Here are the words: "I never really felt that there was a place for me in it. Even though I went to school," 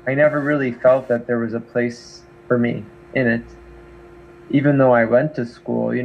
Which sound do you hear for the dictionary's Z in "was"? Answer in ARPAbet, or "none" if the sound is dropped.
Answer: Z